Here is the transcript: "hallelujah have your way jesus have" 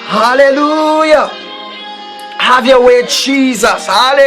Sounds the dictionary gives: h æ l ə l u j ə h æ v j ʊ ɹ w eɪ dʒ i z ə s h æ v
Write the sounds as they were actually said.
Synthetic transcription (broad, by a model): h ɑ l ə l u j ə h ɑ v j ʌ w eɪ dʒ i z ə s h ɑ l